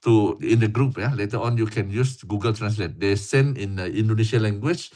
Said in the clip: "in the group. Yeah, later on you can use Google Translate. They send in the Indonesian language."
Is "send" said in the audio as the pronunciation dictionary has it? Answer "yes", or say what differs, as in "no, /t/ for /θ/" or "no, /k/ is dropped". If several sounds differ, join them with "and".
no, /d/ is dropped